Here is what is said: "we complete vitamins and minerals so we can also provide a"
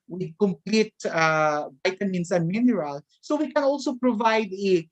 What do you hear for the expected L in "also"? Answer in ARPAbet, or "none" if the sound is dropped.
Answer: L